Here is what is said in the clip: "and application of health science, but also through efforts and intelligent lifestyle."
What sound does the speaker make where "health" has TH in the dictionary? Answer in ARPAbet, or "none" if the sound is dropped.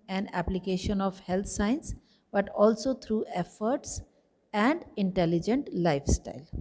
T